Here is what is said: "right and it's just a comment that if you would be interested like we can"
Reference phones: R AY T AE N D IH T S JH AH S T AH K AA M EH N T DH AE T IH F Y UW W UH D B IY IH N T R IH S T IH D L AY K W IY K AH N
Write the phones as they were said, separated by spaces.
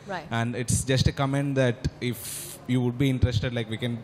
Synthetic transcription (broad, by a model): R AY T AE N D IH T S JH AH S T AH K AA M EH N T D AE T IH F Y UW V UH D B IY IH N T R IH S T IH D L AY K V IY K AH N